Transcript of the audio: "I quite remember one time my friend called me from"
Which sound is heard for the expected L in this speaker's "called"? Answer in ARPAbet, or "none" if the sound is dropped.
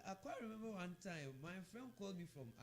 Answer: L